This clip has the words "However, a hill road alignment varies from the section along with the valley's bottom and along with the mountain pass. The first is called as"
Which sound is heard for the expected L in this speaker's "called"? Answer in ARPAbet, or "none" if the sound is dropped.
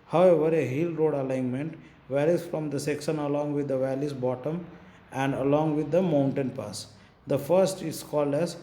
L